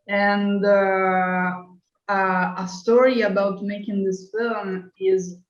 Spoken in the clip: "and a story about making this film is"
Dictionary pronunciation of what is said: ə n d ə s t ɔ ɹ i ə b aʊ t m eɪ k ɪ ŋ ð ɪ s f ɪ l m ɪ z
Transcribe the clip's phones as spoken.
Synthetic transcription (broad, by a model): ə n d ə s t ɔ ɹ i ə b aʊ t m eɪ k ɪ ŋ ð ɪ s f ɪ l m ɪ z